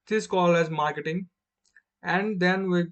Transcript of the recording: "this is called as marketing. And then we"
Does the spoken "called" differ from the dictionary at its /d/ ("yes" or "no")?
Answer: yes